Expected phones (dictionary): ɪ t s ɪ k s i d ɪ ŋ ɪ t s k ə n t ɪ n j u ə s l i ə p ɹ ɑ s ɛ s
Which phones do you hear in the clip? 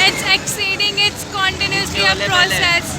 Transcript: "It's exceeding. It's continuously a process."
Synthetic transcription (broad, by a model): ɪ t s ɪ k s i d ɪ ŋ ɪ t s k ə n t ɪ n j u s i ə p ɹ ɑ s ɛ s